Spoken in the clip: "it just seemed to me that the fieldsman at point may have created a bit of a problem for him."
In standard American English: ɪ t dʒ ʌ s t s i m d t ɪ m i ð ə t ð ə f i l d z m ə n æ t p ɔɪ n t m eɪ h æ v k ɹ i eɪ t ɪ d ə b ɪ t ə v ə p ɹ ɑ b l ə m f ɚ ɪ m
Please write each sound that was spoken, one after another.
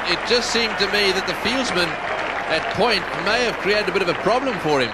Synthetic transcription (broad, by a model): ɪ t dʒ ʌ s t s i m t ɪ m i ð ə t ð ə f i l d z m ə n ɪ t p ɔɪ n t m eɪ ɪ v k ɹ i eɪ t ɪ d ə b ɪ t ə v ə p ɹ ɑ b l ə m f ɚ ɪ m